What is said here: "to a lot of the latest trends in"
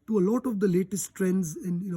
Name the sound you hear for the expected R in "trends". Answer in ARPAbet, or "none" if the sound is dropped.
R